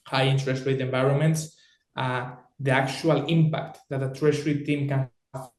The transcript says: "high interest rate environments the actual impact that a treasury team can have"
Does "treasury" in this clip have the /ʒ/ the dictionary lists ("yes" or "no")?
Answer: no